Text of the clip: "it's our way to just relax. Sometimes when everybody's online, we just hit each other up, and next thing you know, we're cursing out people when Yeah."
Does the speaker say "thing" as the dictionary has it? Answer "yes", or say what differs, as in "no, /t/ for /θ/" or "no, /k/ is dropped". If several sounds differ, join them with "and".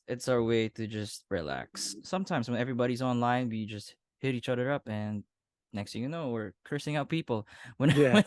no, /t/ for /θ/